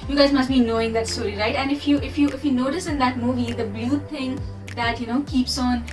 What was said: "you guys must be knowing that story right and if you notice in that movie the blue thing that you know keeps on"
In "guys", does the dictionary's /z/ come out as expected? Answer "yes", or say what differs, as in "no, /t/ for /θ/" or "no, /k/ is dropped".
yes